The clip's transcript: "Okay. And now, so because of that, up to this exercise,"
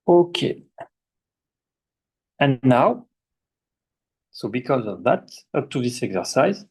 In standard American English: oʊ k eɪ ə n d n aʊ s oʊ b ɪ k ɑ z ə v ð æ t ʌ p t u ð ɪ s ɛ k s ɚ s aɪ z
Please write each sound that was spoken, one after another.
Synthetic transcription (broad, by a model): oʊ k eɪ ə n n aʊ s oʊ b ɪ k ɑ z ə v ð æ t ʌ p t u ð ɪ s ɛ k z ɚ s aɪ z